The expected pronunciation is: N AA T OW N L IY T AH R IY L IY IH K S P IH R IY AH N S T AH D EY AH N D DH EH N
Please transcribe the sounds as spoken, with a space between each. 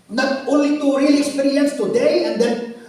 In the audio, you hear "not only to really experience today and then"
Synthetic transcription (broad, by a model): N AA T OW L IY T AH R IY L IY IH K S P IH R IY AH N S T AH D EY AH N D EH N